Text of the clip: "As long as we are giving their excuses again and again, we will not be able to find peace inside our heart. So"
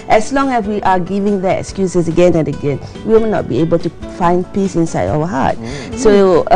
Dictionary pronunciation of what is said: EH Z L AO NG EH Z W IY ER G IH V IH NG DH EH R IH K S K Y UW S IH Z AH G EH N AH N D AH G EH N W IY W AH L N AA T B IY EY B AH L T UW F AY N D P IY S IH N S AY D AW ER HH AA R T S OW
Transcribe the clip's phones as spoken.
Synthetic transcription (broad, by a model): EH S L AO NG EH S W IY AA G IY V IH NG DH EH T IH K S K Y UW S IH S AH G EH N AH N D AH G EH N W IY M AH N AA T B IY EY B AH L T UW F AY N D P IY S IH N S AY D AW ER HH AA T S OW